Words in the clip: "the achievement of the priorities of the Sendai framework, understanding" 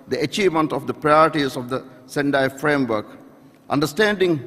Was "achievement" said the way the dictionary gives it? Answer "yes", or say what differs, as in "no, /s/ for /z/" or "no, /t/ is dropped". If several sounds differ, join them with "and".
yes